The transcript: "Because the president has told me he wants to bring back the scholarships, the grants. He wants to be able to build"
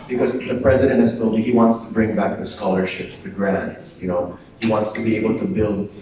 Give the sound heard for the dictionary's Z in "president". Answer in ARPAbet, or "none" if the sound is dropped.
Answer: Z